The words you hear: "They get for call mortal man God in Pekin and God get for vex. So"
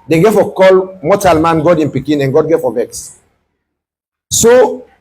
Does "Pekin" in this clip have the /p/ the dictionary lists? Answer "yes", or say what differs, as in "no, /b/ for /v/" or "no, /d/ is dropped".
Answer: yes